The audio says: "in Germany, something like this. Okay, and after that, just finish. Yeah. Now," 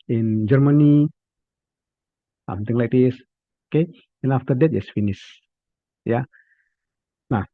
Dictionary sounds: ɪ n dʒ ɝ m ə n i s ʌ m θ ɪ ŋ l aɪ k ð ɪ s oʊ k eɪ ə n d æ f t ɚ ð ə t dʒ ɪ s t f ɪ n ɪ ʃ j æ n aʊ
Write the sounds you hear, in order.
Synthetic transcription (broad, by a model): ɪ n dʒ ɝ m ə n i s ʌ m t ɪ ŋ l aɪ k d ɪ s oʊ k eɪ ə n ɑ f t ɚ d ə t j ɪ s f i n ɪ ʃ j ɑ n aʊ